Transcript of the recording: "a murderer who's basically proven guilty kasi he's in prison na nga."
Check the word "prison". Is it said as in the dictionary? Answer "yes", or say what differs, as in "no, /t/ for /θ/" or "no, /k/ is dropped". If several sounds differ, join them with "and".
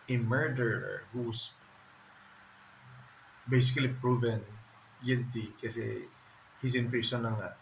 no, /s/ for /z/